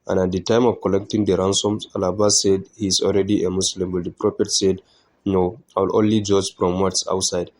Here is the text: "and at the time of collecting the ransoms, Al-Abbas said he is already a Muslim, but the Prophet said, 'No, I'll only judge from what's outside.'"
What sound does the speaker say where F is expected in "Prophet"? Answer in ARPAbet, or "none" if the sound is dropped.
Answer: P